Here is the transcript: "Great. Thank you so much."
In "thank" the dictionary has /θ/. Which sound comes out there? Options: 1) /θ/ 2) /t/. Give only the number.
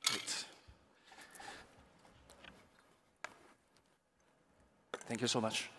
1